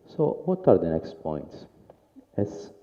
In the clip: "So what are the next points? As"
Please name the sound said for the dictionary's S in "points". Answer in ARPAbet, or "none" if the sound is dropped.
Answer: S